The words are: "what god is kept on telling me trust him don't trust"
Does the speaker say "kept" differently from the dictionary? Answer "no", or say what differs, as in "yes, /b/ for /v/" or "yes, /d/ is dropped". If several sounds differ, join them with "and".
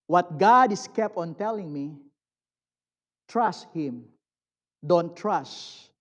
no